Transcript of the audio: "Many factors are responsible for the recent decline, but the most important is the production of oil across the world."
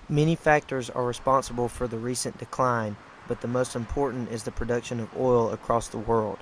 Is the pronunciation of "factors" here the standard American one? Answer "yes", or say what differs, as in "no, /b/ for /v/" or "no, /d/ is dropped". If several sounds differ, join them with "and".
yes